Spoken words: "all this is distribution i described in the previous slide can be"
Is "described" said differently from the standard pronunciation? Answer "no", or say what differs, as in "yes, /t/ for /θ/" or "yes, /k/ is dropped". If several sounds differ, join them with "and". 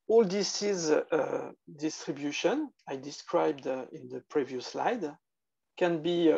no